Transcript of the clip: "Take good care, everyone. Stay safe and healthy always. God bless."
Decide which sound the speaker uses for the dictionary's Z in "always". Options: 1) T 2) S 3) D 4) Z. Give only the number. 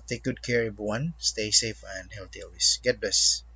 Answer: 2